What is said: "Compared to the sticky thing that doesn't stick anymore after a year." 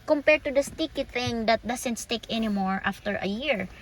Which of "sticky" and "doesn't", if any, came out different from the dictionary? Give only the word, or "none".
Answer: doesn't